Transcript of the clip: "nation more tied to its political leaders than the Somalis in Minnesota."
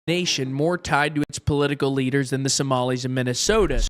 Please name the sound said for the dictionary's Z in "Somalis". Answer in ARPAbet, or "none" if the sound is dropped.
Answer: Z